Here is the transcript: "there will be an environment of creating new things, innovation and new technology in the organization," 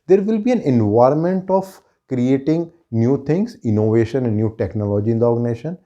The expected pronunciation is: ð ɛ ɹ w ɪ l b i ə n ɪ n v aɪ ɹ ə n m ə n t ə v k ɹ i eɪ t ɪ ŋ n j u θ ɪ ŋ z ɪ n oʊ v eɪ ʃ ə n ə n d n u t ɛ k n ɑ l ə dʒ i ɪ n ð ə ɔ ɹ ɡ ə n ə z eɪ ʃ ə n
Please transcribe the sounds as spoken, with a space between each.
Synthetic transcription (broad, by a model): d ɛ ɹ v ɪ l b i ə n ɪ n v aɪ ɹ ə n m ə n t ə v k ɹ i eɪ t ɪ ŋ n j u t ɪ ŋ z ɪ n oʊ v eɪ ʃ ə n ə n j u t ɛ k n ɑ l ə dʒ i ɪ n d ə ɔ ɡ n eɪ ʃ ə n